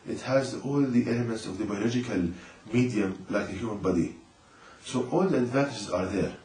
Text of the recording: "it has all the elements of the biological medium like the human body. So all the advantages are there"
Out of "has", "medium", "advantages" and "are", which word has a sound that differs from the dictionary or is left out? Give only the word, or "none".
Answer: none